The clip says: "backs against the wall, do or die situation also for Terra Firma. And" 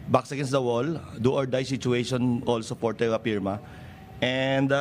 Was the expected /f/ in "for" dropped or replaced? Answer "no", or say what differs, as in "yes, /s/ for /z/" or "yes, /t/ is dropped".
yes, /p/ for /f/